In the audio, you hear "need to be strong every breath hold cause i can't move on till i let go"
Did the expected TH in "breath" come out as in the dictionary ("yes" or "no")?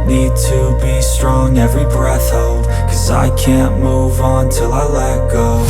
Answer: yes